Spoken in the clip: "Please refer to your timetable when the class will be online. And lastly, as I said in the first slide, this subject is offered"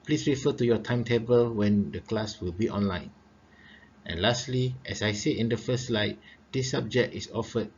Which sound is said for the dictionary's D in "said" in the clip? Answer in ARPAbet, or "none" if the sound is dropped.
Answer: none